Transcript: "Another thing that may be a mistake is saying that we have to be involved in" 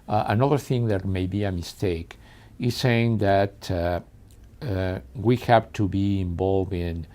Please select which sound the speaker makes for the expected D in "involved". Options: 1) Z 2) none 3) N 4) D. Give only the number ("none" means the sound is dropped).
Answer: 2